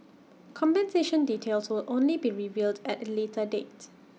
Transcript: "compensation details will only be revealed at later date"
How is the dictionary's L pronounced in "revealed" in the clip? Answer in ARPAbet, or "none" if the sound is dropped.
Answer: L